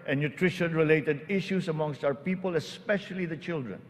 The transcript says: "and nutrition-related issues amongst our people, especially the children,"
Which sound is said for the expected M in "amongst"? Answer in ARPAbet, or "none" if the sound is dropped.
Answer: M